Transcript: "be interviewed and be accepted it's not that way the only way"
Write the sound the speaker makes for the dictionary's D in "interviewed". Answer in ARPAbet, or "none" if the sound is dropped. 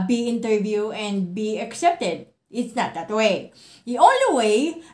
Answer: none